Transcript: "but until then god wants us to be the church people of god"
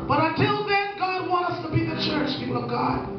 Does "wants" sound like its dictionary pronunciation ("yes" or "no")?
no